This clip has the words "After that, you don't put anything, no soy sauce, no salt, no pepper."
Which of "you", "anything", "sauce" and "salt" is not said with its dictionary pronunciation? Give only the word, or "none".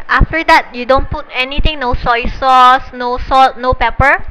anything